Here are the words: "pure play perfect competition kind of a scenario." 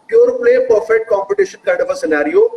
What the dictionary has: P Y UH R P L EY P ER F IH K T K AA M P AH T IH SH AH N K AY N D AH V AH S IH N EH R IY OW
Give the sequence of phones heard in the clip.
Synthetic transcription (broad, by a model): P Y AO R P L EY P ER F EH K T K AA M P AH T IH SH AH N K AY D AH V AH S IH N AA R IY OW